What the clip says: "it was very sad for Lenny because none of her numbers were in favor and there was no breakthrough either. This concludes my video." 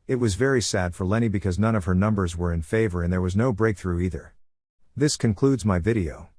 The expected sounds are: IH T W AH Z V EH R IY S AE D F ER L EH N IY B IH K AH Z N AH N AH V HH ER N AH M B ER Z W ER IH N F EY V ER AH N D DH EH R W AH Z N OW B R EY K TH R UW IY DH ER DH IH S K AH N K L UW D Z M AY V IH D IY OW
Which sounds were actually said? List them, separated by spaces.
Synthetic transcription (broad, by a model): IH T W AH Z V EH R IY S AE D F ER L EH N IY B IH K AH Z N AH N AH V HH ER N AH M B ER Z W ER IH N F EY V ER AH N DH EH R W AH Z N OW B R EY K TH R UW IY DH ER DH IH S K AH N K L UW D Z M AY V IH D IY OW